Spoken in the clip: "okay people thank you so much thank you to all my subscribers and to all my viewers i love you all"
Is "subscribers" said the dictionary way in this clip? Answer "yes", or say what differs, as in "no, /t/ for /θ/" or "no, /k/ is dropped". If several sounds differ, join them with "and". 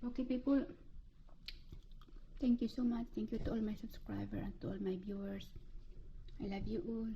no, /z/ is dropped